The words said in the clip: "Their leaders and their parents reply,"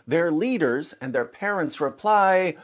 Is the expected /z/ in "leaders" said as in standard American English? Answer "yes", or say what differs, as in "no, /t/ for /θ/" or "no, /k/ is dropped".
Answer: yes